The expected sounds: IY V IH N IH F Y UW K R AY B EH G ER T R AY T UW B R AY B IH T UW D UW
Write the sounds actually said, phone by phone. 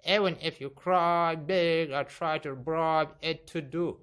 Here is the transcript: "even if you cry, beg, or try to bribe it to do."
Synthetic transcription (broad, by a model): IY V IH N IH F Y UW K R AY B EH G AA T R AY T UW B R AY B IH T UW D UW